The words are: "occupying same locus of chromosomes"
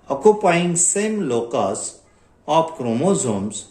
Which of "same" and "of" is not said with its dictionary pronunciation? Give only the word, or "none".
of